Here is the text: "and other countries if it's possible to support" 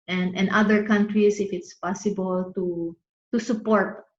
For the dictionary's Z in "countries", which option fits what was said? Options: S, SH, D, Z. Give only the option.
S